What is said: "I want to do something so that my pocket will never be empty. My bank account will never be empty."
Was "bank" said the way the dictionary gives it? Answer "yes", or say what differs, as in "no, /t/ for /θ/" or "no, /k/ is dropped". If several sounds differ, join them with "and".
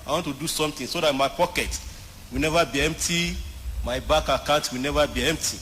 no, /ŋ/ is dropped